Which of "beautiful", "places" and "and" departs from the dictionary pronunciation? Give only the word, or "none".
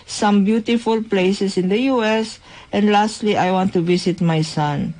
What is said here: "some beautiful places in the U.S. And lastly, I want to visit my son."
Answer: places